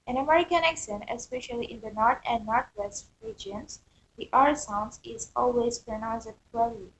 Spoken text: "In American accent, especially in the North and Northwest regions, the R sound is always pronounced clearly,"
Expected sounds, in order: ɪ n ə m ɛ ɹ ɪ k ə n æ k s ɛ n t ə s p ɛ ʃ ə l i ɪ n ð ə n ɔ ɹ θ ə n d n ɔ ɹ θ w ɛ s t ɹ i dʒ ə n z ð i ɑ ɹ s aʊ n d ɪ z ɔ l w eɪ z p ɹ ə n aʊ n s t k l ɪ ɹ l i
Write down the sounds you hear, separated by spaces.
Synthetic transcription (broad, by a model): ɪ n ə m ɛ ɹ ɪ k ə n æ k s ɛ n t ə s p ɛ ʃ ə l i ɪ n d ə n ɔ ɹ t ə n d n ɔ ɹ t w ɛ s t ɹ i dʒ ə n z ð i ɑ ɹ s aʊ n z ɪ z ɔ l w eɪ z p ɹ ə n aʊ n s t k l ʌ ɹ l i